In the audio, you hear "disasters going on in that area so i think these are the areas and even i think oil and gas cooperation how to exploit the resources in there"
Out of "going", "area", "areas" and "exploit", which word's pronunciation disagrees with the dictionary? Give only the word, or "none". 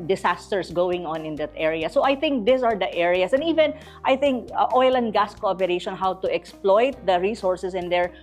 areas